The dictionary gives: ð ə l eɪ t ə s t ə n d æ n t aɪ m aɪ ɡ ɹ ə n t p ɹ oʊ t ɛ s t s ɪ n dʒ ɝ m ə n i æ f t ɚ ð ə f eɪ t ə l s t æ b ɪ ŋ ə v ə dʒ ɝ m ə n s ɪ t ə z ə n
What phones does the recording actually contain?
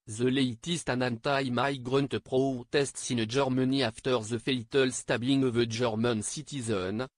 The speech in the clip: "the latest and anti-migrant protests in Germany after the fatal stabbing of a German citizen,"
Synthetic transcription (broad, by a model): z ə l eɪ t ə s t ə n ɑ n t aɪ m aɪ ɡ ɹ ə n t p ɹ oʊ t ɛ s t s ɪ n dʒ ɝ m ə n i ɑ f t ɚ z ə f eɪ t ə l s t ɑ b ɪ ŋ ə v ə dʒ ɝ m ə n s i t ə z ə n